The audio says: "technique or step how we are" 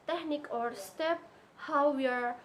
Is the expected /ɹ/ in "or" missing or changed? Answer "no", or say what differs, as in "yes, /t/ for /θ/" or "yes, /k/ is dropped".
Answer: no